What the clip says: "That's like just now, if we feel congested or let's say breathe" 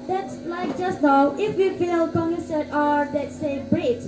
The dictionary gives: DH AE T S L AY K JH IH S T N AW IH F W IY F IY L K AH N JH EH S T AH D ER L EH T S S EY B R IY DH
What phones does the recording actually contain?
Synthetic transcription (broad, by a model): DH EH T S L AY K JH IH S T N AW IH F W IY F IY L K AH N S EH T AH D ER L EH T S S EY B R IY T